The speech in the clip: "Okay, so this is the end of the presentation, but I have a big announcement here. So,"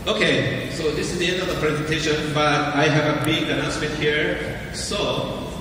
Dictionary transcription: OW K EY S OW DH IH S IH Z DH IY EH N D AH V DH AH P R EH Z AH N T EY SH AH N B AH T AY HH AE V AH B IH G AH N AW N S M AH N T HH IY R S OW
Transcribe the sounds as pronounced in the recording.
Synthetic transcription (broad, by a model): OW K EY S OW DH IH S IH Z DH IY EH N D AH V DH AH P R EH Z AH N T EY SH AH N B AH T AY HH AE V AH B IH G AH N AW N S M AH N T HH IY R S OW